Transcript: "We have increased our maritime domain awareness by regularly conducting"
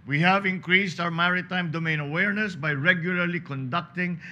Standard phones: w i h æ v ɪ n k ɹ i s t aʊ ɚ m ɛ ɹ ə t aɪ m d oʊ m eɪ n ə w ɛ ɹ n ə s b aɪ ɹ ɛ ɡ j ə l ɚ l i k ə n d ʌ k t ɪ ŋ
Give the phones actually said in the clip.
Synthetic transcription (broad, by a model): w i h æ v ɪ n k ɹ i s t aʊ ɚ m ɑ ɹ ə t aɪ m d oʊ m eɪ n ə w ɛ ɹ n ə s b aɪ ɹ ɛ ɡ j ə l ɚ l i k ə n d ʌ k t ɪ ŋ